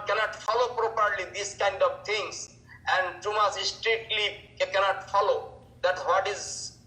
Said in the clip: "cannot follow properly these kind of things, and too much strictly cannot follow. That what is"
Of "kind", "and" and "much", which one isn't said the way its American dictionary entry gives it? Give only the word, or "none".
much